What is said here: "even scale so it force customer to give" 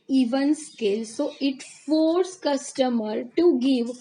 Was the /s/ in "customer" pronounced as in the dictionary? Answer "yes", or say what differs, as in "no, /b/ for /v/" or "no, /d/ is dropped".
yes